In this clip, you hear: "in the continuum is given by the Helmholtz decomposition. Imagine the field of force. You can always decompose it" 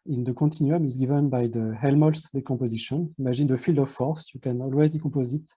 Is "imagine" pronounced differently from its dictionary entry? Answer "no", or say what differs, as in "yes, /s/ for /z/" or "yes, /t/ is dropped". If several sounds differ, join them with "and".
yes, /ʒ/ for /dʒ/